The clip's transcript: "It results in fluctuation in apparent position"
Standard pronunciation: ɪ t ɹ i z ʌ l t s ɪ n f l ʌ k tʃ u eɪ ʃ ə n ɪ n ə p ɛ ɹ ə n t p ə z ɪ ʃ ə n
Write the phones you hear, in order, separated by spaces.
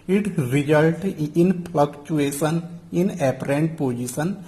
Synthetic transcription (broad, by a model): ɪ t ɹ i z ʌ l t ɪ n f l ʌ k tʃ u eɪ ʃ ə n ɪ n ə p ɹ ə n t p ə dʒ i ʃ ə n